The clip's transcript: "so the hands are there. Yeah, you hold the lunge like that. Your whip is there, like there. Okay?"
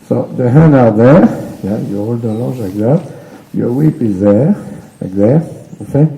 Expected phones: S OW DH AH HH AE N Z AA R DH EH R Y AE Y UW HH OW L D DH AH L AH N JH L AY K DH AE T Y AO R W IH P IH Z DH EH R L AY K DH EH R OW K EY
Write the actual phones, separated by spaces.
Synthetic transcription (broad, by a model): S OW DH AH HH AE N AA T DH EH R Y AE Y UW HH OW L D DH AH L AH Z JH L AY K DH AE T Y AO R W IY P IH Z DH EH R L AY K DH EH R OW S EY